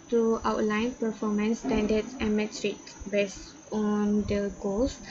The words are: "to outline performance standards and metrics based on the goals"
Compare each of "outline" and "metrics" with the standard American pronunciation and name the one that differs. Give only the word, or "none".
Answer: metrics